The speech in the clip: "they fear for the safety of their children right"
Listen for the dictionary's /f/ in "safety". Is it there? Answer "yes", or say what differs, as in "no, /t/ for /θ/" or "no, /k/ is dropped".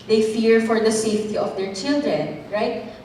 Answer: yes